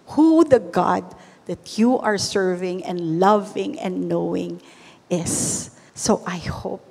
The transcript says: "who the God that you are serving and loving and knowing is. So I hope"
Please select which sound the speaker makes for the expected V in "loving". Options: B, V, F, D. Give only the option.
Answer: V